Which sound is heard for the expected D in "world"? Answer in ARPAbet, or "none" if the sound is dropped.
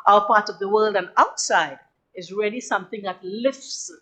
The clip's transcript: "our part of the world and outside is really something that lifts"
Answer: D